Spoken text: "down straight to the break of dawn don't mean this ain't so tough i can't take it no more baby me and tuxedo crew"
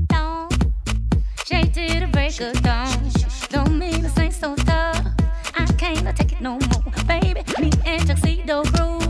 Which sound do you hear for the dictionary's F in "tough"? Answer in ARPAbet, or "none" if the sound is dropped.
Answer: none